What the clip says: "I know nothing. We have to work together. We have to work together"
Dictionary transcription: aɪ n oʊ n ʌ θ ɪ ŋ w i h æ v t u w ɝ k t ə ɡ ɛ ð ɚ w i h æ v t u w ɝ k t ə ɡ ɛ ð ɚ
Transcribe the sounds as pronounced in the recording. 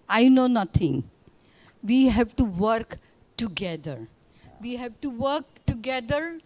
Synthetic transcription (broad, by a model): aɪ n oʊ n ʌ t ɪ ŋ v i h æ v t u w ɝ k t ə ɡ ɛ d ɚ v i h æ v t u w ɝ k t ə ɡ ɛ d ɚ